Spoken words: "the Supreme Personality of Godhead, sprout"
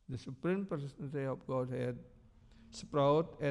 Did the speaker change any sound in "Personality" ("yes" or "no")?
yes